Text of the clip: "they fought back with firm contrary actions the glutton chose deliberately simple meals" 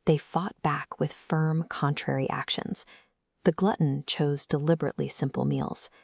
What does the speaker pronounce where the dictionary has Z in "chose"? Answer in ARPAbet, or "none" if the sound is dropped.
Z